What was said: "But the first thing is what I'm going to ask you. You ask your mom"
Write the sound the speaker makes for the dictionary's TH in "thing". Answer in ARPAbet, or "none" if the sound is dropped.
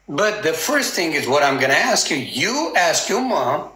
TH